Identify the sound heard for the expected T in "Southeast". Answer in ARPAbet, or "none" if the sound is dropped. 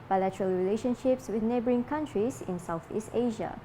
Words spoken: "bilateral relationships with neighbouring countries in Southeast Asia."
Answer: T